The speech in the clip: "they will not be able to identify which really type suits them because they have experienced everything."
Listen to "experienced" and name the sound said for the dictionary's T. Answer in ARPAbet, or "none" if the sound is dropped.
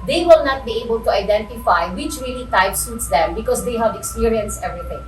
none